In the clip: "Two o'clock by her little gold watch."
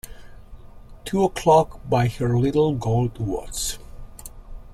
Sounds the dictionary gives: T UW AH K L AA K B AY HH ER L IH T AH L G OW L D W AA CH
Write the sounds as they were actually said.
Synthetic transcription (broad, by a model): T UW AH K L AA K B AY HH ER L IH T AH L G OW L D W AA S